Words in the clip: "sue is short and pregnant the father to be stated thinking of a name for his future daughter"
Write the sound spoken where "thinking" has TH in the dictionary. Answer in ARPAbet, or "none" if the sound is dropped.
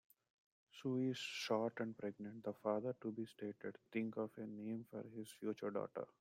T